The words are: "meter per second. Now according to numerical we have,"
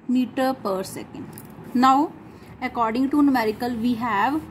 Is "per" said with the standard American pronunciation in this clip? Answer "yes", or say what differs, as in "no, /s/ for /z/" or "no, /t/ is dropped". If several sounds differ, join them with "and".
yes